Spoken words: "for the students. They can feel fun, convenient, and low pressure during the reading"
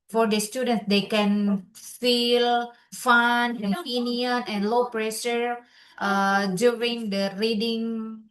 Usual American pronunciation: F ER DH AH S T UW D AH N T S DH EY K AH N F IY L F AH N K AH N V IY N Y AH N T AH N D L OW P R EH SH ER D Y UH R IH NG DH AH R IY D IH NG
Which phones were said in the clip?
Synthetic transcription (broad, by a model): F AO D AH S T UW D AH N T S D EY K AH N F IY L F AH N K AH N P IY N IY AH N AH N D L OW P R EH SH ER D Y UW R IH NG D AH R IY D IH NG